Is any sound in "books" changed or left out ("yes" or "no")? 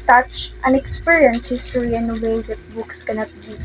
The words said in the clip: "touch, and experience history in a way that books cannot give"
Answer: no